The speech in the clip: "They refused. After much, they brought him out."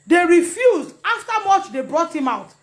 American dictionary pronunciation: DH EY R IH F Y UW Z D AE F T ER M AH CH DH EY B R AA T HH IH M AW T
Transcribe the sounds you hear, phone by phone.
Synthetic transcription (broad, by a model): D EY R IH F Y UW Z D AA F T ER M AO CH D EY B R AA T HH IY M AW T